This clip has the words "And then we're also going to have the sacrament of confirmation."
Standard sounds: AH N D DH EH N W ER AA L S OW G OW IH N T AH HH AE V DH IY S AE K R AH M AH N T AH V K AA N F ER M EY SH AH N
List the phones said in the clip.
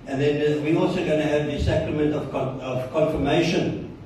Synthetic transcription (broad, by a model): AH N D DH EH N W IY AA L S OW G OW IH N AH HH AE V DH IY S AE K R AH M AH N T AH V K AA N F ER M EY SH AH N